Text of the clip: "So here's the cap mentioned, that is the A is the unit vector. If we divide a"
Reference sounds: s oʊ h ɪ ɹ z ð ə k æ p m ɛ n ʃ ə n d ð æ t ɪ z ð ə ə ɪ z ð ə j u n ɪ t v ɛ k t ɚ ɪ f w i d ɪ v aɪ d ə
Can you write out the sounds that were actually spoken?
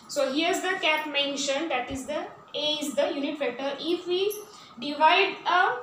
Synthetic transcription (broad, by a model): s oʊ h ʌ ɹ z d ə k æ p m ɛ n ʃ ə n d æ t ɪ z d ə ə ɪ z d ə j u n ɪ t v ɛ t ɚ ɪ f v i d ɪ v aɪ d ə